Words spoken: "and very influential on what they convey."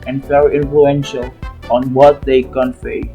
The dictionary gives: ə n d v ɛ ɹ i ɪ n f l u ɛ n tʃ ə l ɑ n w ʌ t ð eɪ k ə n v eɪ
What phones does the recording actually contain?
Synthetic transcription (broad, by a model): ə n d f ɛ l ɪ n f l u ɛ n ʃ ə l ɑ n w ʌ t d eɪ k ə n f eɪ